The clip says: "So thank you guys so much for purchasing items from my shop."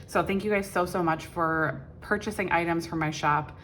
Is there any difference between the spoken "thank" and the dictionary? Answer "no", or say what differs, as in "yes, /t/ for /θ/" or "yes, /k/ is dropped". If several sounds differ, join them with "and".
no